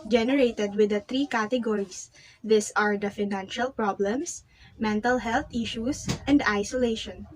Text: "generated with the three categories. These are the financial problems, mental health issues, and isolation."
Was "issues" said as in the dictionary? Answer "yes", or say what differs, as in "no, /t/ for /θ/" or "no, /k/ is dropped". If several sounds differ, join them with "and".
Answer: no, /s/ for /z/